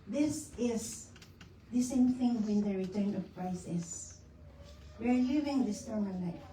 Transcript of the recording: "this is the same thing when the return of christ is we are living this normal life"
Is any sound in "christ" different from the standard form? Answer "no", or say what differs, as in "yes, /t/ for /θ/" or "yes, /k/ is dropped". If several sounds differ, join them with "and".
yes, /t/ is dropped